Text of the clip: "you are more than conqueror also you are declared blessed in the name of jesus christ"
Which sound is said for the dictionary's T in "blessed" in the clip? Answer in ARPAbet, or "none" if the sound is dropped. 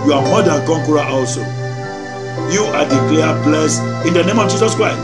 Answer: none